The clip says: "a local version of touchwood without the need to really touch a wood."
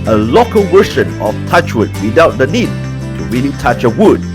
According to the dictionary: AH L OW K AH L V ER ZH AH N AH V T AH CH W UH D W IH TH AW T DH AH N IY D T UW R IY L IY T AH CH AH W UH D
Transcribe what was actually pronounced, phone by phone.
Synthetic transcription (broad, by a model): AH L OW K AH L W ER SH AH N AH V T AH CH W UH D W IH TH AW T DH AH N IY D T UW R IY L IY T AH CH AH W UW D